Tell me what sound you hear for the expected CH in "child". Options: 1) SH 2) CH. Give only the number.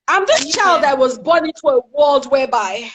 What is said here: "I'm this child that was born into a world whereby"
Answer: 2